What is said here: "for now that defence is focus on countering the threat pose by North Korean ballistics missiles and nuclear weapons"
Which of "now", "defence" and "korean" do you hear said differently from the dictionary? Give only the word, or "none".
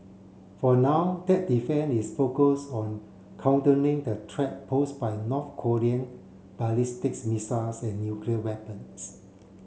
defence